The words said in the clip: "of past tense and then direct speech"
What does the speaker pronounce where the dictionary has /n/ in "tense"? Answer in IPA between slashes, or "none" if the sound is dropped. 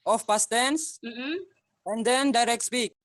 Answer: /n/